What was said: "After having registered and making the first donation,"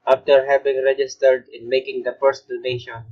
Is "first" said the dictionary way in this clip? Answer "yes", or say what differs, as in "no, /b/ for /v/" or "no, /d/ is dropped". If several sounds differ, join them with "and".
no, /p/ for /f/